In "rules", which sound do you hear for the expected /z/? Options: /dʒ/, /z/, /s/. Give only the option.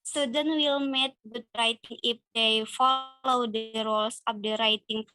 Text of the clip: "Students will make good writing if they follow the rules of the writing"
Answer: /s/